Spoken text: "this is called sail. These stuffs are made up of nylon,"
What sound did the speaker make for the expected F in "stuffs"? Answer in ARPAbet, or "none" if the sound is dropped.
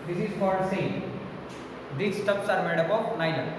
P